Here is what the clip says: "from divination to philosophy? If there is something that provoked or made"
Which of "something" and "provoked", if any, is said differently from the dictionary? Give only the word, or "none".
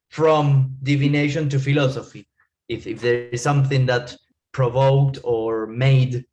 none